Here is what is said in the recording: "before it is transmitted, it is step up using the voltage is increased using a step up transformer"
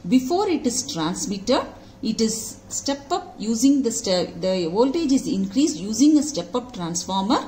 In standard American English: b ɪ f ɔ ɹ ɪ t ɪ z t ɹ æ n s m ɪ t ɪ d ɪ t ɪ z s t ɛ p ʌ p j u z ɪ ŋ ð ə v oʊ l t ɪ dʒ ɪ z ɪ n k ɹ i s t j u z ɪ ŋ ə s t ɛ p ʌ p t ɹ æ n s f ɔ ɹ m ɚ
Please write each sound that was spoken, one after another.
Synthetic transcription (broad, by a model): b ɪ f ɔ ɹ ɪ t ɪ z t ɹ æ n s m ɪ t ɪ d ɪ t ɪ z s t ɛ p ʌ p j u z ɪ ŋ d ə v oʊ l t ɪ dʒ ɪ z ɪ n k ɹ i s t j u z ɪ ŋ ə s t ɛ p ʌ p t ɹ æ n s f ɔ ɹ m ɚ